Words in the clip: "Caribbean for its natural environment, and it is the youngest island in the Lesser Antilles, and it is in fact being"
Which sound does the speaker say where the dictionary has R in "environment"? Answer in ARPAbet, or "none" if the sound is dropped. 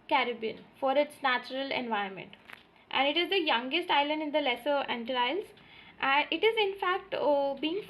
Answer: none